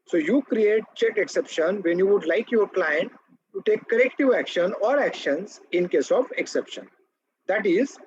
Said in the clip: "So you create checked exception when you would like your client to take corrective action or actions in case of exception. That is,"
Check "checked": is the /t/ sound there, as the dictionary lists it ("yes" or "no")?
no